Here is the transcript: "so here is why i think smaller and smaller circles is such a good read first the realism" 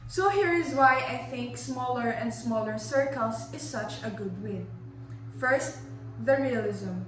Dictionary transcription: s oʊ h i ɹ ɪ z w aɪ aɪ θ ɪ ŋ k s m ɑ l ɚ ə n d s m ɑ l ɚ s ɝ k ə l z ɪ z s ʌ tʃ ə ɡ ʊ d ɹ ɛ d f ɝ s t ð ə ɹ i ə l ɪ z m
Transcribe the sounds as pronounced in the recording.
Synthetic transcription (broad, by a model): s oʊ h i ɹ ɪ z w aɪ aɪ θ ɪ ŋ k s m ɑ l ɚ ə n d s m ɑ l ɚ s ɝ k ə l s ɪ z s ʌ tʃ ə ɡ ʊ d w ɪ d f ɝ s t ð ə ɹ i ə l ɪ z m